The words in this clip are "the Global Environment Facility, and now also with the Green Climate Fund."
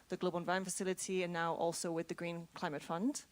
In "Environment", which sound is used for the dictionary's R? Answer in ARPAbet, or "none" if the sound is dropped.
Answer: none